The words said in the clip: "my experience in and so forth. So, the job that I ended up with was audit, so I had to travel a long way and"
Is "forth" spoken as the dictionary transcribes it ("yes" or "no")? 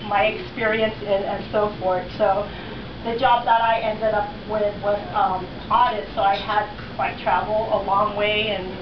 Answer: yes